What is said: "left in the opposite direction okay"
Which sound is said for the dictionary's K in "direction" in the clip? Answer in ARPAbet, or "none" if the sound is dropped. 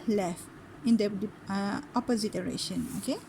none